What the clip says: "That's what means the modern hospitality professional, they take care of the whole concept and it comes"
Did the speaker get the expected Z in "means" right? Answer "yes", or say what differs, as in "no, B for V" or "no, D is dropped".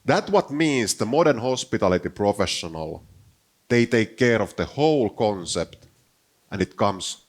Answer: no, S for Z